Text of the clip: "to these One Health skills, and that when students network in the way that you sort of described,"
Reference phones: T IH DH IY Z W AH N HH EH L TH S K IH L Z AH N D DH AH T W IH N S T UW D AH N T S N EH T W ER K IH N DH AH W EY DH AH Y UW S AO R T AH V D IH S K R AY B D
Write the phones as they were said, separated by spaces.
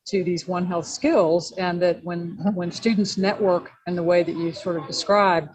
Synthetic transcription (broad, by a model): T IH DH IY Z W AH N HH EH L TH S K IH L Z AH N DH AH T W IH N S T UW D N T S N EH T W ER K IH N DH AH W EY DH AH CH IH S AO R T AH V D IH S K R AY B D